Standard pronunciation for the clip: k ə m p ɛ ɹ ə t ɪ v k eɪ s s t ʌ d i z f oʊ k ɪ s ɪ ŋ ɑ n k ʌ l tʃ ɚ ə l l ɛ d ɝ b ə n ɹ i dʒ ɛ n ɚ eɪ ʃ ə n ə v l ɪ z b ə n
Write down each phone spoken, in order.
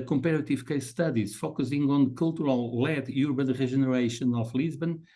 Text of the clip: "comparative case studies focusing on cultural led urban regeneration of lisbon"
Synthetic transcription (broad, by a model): k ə m p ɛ ɹ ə t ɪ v k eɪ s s t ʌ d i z f oʊ k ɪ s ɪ ŋ ɑ n k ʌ l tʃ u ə l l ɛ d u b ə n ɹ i ʒ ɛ n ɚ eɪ ʃ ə n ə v l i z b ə n